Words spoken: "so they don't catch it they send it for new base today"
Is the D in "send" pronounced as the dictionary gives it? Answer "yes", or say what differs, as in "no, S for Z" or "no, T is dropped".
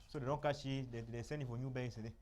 no, D is dropped